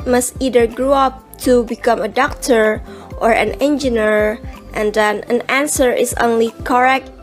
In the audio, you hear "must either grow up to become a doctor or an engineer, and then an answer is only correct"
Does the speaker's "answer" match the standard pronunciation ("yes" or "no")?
yes